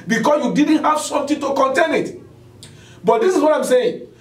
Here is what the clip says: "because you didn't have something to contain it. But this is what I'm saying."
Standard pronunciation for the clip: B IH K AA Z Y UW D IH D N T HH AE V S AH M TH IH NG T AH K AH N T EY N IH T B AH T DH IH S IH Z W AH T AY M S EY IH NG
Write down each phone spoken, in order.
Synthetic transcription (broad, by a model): B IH K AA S Y UW D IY D N T HH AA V S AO M T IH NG T AH K AH N T EY N IH T B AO T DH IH S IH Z W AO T AY M S EY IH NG